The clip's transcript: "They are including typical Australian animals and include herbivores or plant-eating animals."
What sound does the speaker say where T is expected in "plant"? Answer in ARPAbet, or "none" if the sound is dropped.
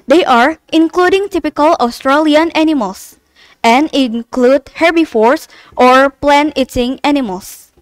none